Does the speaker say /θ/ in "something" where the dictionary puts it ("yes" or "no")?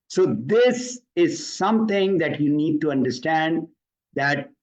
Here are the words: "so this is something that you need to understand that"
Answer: no